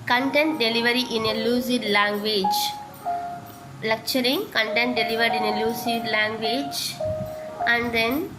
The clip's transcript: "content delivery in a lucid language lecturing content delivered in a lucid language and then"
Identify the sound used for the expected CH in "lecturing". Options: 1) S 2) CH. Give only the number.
2